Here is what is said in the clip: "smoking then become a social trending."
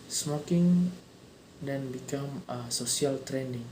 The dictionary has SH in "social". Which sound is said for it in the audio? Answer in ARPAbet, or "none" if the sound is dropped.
S